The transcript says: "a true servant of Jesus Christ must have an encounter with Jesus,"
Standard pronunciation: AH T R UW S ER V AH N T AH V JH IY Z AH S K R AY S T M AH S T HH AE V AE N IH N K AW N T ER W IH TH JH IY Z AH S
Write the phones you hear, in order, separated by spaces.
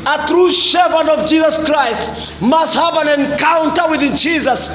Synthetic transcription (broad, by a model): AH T R UW SH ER P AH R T AH V JH IY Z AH S K R AY S T M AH S T HH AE V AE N IH N K AW N T ER W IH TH JH IY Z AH S